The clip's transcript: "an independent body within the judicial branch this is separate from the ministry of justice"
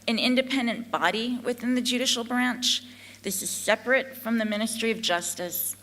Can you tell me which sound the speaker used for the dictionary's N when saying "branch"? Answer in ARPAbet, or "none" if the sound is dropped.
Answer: N